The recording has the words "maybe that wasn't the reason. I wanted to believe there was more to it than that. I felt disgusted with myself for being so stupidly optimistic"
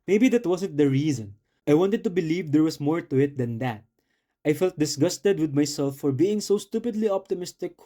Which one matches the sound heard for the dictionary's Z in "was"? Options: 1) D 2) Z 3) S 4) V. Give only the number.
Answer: 3